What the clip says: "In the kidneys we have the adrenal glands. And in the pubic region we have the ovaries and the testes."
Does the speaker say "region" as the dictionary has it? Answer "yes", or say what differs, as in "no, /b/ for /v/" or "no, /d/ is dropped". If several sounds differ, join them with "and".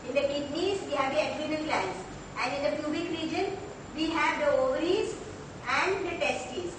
yes